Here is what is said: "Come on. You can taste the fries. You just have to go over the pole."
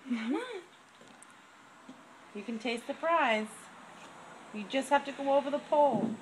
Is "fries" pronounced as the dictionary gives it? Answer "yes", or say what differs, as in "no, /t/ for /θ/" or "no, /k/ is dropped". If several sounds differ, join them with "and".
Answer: no, /p/ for /f/